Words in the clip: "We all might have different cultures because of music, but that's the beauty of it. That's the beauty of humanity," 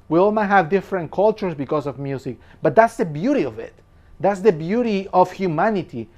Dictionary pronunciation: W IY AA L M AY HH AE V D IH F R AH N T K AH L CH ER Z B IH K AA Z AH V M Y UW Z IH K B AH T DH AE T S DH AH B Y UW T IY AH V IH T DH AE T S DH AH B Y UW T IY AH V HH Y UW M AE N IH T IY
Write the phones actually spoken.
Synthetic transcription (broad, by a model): W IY AA L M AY HH AE V D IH F R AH N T K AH L CH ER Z B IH K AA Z AH V M Y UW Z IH K B AH T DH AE T S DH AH B Y UW T IY AH V IH T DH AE T S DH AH B Y UW T IY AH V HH Y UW M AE N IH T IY